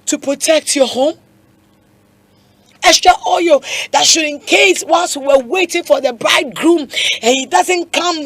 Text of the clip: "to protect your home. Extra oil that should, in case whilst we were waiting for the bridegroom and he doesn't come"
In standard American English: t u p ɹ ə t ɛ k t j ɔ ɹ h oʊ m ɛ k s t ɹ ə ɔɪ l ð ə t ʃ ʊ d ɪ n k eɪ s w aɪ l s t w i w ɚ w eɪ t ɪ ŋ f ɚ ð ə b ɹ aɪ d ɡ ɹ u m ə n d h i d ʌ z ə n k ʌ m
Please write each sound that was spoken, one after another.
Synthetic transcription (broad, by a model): t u p ɹ ə t ɛ k t j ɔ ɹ h oʊ m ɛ s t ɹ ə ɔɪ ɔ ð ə t ʃ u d ɪ n k eɪ s w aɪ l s w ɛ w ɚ w eɪ t ɪ ŋ f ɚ ð ə b ɹ aɪ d ɡ ɹ u m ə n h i d ʌ z ə n k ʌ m